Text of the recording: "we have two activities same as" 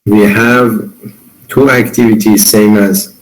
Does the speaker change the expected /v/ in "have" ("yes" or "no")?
no